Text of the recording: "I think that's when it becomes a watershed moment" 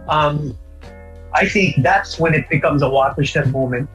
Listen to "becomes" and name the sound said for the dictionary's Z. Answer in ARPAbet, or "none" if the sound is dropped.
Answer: Z